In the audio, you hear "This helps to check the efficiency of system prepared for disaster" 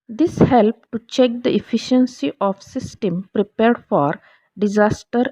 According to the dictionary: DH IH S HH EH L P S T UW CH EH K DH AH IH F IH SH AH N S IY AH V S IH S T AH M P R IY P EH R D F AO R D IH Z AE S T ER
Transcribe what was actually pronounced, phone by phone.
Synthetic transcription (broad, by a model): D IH S HH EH L P T UW CH EH K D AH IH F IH SH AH N S IY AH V S IH S T AH M P R IY P EH R D F AO R D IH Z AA S T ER